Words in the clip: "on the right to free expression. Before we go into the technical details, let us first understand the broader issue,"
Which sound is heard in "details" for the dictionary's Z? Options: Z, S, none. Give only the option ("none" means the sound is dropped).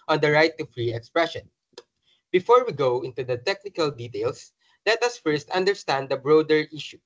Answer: S